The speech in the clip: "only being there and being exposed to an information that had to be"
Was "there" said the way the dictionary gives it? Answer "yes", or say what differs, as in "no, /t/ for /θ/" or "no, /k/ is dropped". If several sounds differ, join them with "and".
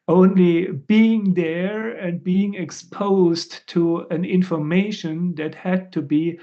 yes